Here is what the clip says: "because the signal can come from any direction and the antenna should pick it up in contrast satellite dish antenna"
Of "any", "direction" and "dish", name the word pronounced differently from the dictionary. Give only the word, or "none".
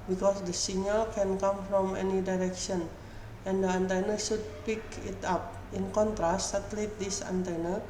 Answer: dish